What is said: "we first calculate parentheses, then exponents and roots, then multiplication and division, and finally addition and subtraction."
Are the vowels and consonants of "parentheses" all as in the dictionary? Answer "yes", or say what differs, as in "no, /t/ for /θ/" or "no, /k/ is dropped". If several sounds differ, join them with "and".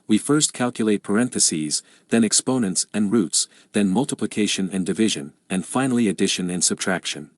yes